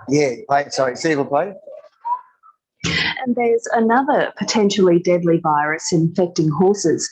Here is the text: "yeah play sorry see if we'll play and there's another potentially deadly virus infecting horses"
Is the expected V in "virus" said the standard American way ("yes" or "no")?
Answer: yes